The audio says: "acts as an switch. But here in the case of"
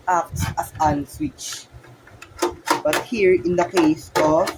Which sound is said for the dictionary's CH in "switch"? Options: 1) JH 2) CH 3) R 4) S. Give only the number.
2